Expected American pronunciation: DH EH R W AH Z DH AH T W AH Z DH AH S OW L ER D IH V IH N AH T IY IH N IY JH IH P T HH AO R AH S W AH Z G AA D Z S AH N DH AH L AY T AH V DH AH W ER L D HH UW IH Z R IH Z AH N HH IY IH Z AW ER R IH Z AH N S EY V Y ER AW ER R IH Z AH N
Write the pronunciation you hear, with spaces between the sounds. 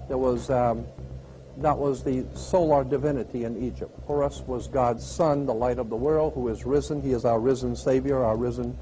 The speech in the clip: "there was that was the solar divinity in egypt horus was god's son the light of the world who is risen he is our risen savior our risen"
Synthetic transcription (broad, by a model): DH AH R W AH Z DH AH T W AH Z DH AH S OW L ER D IH V IH N AH T IY IH N IY JH IH P T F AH R AH S W AH Z G AA D Z S AH N DH AH L AY T AH V DH AH W ER L D HH UW IH Z R IH Z AH N IY IH Z AW ER R IH Z AH N S EY V Y ER AW ER R IH Z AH N